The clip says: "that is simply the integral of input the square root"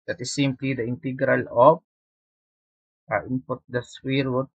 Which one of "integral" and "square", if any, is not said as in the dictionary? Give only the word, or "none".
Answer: square